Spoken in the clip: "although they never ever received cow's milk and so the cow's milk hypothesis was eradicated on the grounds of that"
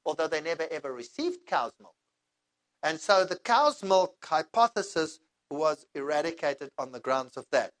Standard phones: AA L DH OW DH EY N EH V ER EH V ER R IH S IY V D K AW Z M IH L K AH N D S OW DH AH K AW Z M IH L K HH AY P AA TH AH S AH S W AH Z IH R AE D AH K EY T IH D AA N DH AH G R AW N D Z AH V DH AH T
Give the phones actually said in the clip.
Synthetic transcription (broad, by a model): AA L DH OW DH EY N EH V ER EH V ER R IH S IY V D K AW Z M IH L K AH N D S OW DH AH K AW Z M IH L K HH AY P AA TH AH S AH S W AH Z IH R AE D AH K EY T IH D N DH AH G R AW N D Z AH V DH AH T